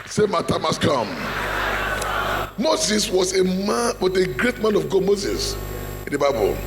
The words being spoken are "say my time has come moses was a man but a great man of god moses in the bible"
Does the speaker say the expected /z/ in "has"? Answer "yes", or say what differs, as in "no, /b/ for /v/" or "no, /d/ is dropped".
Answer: no, /s/ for /z/